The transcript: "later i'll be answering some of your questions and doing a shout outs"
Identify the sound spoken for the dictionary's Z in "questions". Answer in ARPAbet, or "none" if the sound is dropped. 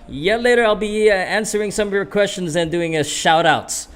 Z